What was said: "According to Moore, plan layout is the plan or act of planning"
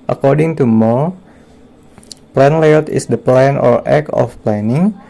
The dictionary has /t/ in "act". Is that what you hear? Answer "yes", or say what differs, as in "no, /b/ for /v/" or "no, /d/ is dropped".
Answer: no, /t/ is dropped